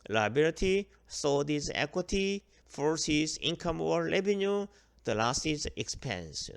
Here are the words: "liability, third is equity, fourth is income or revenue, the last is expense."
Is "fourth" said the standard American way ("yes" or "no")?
no